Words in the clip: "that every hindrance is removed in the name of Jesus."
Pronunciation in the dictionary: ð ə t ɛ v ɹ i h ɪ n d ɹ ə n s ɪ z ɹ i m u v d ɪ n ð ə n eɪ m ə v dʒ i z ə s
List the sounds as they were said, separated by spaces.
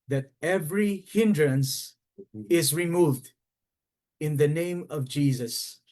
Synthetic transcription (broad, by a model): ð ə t ɛ v ɹ i h ɪ n d ɹ ə n s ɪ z ɹ i m u v d ɪ n ð ə n eɪ m ə v dʒ i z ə s